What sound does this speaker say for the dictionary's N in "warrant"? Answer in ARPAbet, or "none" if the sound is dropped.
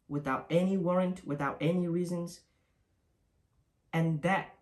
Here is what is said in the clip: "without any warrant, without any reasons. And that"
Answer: N